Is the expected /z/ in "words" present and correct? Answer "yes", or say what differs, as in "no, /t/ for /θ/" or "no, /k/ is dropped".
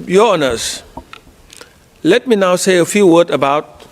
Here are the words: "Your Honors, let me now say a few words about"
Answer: no, /z/ is dropped